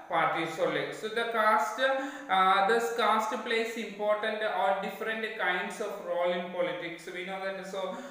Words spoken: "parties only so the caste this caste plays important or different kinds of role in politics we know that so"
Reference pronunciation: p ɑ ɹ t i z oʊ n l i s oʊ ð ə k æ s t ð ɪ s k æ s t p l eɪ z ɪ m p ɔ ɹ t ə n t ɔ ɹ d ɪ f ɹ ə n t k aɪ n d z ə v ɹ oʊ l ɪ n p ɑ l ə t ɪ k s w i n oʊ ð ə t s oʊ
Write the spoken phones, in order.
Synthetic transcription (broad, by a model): p ɑ ɹ t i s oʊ l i s oʊ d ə k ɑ s t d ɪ s k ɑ s t p l eɪ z ɪ m p ɔ ɹ t ə n t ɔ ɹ d ɪ f ɹ ə n t k aɪ n d s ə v ɹ oʊ l ɪ n p ɑ l ə t ɪ k s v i n oʊ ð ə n s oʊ